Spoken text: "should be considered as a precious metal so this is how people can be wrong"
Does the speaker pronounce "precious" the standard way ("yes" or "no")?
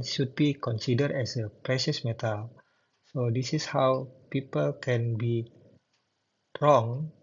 yes